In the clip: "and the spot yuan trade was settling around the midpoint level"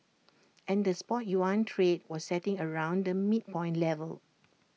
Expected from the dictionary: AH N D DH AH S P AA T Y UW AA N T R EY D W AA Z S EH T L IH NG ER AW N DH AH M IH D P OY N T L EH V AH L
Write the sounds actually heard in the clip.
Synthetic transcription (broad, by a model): AH N D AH S P AA T Y UW AA N T R EY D W AA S EH T IH NG ER AW N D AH M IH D P OY N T L EH V AH L